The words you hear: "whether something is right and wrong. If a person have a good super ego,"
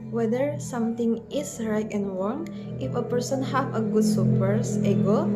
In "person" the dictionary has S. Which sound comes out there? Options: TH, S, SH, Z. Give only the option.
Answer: S